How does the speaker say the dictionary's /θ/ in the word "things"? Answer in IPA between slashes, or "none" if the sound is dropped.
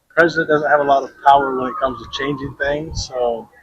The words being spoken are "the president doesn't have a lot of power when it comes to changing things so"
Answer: /θ/